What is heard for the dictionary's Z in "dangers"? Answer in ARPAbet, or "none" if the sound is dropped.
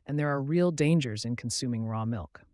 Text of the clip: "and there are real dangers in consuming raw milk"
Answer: Z